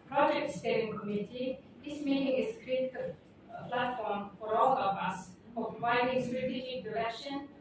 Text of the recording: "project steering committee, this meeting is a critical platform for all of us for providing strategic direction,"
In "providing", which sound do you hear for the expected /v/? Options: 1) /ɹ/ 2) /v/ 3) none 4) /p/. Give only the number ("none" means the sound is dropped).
3